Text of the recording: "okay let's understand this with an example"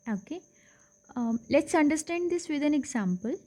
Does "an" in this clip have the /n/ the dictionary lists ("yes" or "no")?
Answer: yes